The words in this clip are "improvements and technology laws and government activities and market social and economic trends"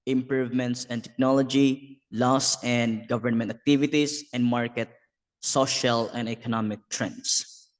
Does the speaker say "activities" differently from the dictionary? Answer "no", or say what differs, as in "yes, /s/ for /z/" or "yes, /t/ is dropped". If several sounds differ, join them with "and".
yes, /s/ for /z/